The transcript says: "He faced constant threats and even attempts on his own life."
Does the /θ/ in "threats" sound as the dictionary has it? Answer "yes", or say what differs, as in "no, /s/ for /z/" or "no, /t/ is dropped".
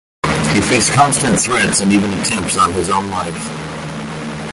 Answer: yes